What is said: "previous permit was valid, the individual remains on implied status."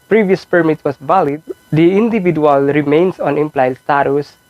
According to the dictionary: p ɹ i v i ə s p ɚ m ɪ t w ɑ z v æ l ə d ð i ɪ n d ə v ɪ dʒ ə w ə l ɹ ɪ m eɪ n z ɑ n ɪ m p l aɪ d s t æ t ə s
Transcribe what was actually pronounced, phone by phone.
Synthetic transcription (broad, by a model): p ɹ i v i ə s p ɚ m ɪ t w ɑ s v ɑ l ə d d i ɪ n d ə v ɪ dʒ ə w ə l ɹ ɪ m eɪ n s ɑ n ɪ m p l aɪ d s t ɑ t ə s